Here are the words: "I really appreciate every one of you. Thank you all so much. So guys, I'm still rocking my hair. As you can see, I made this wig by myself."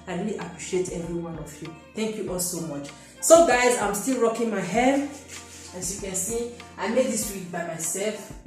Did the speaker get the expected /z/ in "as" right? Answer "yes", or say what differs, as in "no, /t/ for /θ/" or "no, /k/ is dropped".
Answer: no, /s/ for /z/